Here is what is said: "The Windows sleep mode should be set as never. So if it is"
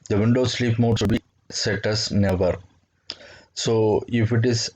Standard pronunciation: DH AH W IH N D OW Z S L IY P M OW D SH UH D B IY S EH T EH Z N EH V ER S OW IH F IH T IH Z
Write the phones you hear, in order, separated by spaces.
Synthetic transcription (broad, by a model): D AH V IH N D OW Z S L IY P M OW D S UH B IY S EH T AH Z N EH V ER S OW IH F IH T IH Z